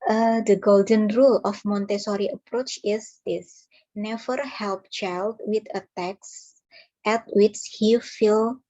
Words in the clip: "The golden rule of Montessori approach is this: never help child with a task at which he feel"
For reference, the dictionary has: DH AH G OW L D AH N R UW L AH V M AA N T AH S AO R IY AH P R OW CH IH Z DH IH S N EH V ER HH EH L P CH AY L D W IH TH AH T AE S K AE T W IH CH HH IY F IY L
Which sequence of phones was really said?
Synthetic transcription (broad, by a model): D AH G OW L D AH N R UW L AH F M AA N T AH S AO R IY AH P R OW CH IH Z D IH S N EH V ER HH EH L P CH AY L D W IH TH AH T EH S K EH T W IH CH HH IY F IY L